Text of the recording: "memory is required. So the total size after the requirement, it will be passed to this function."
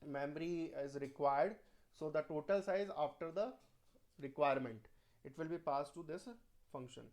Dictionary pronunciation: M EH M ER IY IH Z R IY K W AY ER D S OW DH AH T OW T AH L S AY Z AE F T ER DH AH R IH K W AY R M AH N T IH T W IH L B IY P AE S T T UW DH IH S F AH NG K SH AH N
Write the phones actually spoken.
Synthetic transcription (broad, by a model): M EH M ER IY IH Z R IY K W AY ER D S OW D AH T OW T AH L S AY Z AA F T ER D AH R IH K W AY R M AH N T IH T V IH L B IY P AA S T T UW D IH S F AH NG K SH AH N